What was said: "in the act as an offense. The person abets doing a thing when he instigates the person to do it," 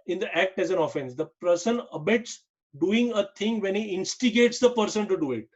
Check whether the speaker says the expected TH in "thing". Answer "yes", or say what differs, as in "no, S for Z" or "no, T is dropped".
no, T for TH